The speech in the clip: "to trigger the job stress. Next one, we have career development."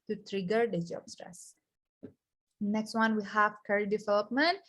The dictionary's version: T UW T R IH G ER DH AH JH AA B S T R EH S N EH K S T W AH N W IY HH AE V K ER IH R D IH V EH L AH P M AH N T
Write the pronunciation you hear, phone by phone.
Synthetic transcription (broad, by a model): T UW T R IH G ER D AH JH AA B S T R EH S N EH K S T W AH N W IY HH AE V K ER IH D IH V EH L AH P M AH N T